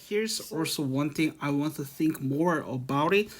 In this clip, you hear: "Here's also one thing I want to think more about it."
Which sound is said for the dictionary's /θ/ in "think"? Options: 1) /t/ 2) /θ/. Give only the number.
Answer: 2